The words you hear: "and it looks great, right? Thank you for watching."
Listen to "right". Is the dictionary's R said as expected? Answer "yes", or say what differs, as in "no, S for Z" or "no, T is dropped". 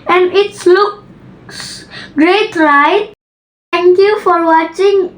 no, L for R